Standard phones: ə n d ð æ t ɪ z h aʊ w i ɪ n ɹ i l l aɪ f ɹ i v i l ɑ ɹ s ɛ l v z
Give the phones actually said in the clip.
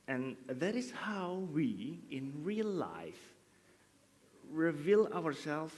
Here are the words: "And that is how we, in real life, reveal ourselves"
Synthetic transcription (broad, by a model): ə n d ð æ t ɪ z h aʊ w i ɪ n ɹ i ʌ l aɪ f ɹ i v i l ɑ ɹ s ɛ l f